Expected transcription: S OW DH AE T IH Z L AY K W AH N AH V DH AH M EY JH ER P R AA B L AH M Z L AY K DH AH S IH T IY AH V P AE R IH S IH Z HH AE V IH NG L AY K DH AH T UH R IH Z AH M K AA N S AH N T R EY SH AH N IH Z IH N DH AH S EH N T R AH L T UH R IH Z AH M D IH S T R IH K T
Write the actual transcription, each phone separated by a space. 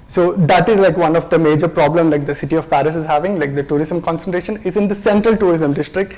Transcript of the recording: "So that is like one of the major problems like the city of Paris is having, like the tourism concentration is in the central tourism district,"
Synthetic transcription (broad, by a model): S OW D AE T IH Z L AY K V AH N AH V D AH M EY JH ER P R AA B L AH M L AY K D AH S IH T IY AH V P AE R IH S IH Z HH AE V IH NG L AY K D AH T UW R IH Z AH M K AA N S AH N T R EY SH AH N IH Z IH N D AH S EH N T R AH L T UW R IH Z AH M D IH S T R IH K T